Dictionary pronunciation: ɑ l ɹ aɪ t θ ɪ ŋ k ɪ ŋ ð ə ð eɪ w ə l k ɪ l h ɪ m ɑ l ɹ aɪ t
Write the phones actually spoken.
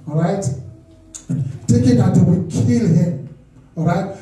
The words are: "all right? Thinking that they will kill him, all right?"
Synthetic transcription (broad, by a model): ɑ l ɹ aɪ t t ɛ k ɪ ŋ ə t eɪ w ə k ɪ l h ɪ m ɑ l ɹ aɪ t